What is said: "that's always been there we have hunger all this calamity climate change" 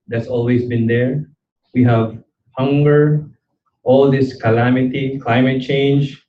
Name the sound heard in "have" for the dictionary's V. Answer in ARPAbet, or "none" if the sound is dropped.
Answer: V